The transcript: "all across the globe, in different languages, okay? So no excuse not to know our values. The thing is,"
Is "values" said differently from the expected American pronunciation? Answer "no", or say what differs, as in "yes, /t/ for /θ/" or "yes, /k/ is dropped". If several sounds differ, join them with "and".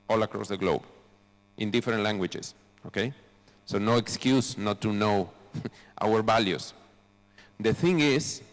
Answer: yes, /s/ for /z/